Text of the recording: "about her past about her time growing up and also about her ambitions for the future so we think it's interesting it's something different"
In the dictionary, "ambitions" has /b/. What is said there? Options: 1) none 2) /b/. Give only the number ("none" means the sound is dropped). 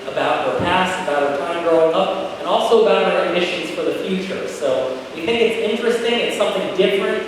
1